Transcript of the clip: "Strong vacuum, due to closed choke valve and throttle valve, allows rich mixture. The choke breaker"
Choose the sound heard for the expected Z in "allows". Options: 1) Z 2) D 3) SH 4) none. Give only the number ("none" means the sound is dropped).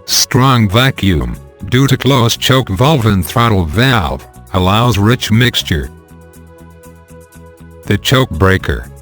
1